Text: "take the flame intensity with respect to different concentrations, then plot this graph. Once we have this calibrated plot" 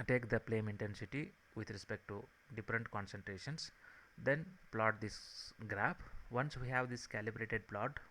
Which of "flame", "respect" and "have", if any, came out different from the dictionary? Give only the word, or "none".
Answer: flame